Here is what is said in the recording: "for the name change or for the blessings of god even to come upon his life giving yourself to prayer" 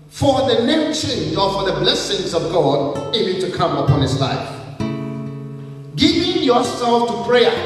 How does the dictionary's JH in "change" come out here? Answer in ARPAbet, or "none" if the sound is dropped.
Z